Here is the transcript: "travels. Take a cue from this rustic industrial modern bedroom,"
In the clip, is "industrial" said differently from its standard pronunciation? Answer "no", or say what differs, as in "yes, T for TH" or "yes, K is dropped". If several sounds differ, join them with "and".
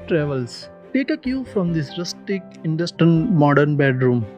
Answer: yes, N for L